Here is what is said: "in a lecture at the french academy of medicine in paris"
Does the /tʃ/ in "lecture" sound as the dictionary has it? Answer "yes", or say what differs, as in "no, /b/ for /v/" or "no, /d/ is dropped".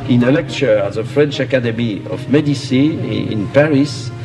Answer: yes